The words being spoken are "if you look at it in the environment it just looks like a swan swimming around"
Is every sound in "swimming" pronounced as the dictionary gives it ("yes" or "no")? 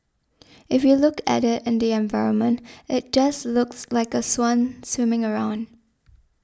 yes